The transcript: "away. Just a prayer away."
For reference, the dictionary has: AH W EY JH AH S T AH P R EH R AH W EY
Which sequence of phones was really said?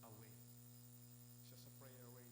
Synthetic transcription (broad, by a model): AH W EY SH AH S AH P R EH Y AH W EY